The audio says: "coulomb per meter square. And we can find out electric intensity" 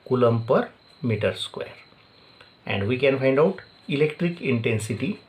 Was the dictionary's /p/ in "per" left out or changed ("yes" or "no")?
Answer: no